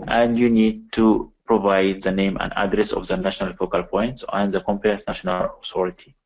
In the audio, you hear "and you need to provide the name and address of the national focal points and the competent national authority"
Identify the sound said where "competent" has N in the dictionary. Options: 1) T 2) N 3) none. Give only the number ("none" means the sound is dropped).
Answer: 3